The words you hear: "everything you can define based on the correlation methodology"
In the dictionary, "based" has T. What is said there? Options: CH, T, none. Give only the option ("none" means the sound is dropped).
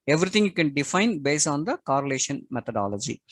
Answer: none